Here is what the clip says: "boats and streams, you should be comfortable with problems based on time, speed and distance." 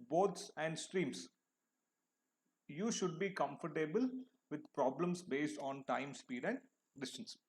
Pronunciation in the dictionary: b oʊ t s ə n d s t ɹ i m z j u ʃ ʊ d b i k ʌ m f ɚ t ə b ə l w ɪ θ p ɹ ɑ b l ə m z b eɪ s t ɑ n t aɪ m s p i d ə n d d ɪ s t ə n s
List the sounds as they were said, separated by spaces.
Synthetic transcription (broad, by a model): b oʊ t s ə n d s t ɹ i m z j u ʃ ʊ d b i k ʌ m f ɚ t ə b ə l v ɪ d p ɹ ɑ b l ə m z b eɪ s t ɑ n t aɪ m s p i d ə n d d ɪ s t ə n s